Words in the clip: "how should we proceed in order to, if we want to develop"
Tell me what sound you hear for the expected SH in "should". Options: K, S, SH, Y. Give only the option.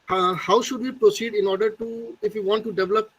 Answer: SH